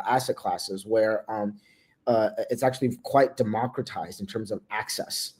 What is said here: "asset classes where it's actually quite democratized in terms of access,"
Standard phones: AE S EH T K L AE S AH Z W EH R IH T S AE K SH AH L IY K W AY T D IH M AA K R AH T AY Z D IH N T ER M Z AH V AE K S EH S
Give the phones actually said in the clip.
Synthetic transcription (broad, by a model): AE S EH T K L AE S AH Z W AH R IH T S AE K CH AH L IY K W AY T D IH M AA K R AH T AY Z D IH N T ER M Z AH V AE K S EH S